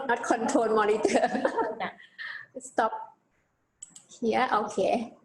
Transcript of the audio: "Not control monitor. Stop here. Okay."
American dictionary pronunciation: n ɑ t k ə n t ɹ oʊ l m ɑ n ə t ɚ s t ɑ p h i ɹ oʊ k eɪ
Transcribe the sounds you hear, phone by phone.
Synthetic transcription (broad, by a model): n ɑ t k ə n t oʊ n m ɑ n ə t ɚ s t ɑ p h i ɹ oʊ k eɪ